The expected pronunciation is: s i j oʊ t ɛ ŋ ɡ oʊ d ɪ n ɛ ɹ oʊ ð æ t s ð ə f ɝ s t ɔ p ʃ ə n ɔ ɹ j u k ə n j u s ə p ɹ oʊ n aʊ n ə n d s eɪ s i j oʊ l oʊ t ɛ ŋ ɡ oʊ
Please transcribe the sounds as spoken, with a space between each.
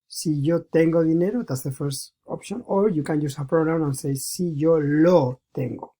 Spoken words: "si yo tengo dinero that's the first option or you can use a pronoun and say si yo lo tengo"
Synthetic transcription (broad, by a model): s i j oʊ t ɛ ŋ ɡ oʊ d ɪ n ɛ ɹ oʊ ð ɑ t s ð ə f ɝ s t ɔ p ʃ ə n ɔ ɹ j u k ə n j u s ə p ɹ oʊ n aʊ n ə n s eɪ s i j oʊ l oʊ t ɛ ŋ ɡ oʊ